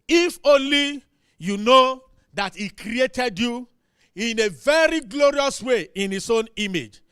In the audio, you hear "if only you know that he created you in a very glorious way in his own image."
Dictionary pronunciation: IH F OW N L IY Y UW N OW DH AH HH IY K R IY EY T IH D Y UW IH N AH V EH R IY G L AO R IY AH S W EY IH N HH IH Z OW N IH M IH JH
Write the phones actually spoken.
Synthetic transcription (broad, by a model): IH F OW L IY Y UW N OW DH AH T IY K R IY EY T IH D Y UW IH N AH V EH R IY G L AO R IY AH S W EY IH N HH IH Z OW N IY M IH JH